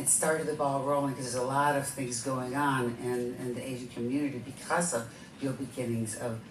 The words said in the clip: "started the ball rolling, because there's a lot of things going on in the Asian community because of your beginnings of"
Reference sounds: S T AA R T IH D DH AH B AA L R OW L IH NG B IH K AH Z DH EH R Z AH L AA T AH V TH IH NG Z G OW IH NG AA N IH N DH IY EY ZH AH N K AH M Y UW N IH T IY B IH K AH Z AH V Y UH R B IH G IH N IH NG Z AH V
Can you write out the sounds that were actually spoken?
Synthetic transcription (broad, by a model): S T AA R T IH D DH AH B AA L R OW L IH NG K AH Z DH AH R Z AH L AA T AH V TH IH NG Z G OW IH NG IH N IH N DH IY EY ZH N K AH M Y UW N IH T IY B IH K AH Z AH V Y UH L B IH G IH N IH NG Z AH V